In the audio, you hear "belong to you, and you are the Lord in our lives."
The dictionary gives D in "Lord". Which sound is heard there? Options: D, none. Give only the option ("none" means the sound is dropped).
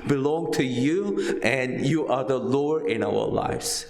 none